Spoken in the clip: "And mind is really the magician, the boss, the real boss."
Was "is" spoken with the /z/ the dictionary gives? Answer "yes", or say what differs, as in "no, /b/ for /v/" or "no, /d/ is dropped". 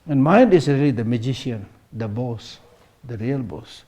no, /s/ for /z/